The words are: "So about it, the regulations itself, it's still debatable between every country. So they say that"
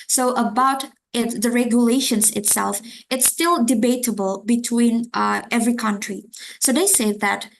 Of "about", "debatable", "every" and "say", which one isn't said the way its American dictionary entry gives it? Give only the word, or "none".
none